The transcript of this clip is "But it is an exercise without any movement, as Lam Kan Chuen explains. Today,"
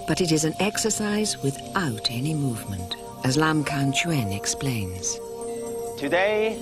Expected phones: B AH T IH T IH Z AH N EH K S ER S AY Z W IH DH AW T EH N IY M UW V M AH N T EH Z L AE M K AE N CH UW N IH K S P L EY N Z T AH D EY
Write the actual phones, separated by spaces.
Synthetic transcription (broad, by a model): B AH T IH T IH Z AH N EH K S ER S AY Z W IH DH AW T EH N IY M UW V M AH N T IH Z L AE M K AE N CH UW N IH K S P L EY N Z T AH D EY